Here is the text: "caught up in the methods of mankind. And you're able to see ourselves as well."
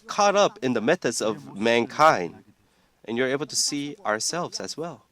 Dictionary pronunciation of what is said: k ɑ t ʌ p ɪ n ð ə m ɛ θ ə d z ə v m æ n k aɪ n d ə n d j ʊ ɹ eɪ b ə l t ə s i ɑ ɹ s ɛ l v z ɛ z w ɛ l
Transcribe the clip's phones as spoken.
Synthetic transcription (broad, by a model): k ɑ t ʌ p ɪ n ð ə m ɛ θ ə d z ə v m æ n k aɪ n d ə n j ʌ ɹ eɪ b l t ə s i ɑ ɹ s ɛ l v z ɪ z w ɛ l